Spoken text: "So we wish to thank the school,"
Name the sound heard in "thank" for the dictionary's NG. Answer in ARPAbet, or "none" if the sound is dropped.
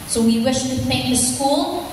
none